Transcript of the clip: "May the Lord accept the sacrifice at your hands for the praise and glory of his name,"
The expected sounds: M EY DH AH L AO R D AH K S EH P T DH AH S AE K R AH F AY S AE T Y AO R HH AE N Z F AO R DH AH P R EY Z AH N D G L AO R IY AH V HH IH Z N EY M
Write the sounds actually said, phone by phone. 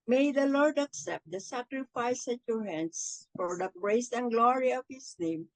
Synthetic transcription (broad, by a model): M EY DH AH L AO R D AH K S EH P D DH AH S AE K R AH F AY S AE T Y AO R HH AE N S F AO R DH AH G R EY S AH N G L AO R IY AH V HH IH S N EY M